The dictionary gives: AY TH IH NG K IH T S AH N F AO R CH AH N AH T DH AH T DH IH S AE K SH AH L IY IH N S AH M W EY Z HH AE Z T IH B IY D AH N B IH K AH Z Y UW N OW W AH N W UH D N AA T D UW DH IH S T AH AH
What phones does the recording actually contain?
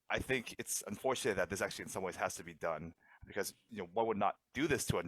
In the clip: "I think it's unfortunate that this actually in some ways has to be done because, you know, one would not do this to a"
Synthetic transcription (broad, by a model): AY TH IH NG K IH T S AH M F AO R CH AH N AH T DH AH T DH IH S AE K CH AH L IY IH N S AH M W EY Z HH AE Z T IH B IY D AH N B IH K AH Z Y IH N OW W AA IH W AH D N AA T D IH DH IH S T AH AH